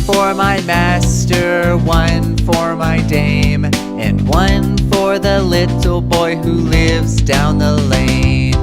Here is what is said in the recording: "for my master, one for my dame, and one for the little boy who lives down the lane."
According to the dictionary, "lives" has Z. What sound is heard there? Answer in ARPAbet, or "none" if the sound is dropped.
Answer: Z